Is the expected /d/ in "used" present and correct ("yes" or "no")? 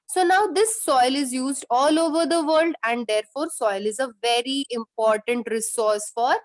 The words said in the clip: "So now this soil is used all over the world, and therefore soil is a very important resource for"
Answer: yes